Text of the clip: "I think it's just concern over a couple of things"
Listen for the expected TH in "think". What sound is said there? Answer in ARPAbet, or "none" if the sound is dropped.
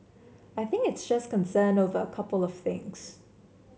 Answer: TH